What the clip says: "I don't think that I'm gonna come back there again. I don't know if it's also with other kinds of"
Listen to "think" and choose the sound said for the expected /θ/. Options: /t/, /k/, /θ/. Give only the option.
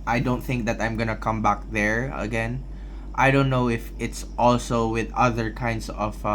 /θ/